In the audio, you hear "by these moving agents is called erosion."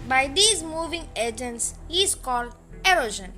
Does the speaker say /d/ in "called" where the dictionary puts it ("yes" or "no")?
yes